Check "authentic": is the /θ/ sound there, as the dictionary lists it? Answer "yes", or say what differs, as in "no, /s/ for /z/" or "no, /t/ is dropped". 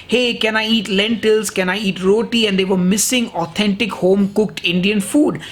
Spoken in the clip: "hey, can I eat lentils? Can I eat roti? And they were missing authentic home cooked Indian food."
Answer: no, /t/ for /θ/